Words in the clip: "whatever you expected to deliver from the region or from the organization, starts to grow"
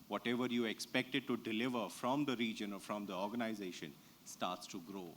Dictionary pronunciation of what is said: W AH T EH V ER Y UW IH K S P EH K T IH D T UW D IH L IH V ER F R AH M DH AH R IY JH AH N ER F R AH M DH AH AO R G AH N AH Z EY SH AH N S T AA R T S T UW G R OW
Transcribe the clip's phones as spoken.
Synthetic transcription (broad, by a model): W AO T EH V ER Y UW IH K S P EH K T IH D T UW D IH L IH V ER F R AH M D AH R IY JH AH N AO F R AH M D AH AO R G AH N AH Z EY SH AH N S T AA R T S T UW G R OW